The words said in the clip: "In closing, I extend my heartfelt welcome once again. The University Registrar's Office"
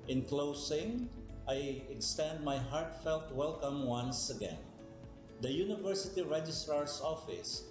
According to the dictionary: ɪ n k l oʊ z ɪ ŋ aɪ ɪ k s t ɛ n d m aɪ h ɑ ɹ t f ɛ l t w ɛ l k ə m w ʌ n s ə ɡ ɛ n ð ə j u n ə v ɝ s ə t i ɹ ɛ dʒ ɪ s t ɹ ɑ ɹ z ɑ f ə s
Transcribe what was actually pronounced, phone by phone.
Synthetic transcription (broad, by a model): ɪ n k l oʊ s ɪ ŋ aɪ ɪ k s t ɛ n d m aɪ h ɑ ɹ t f ɛ l t w ɛ l k ə m w ʌ n s ə ɡ ɛ n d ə j u n ə v ɝ s ə t i ɹ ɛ dʒ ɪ s t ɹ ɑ ɹ s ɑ f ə s